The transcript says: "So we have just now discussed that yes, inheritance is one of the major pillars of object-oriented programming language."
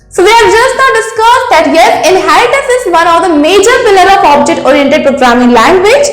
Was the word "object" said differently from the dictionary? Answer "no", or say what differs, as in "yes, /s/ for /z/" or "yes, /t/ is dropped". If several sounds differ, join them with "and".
no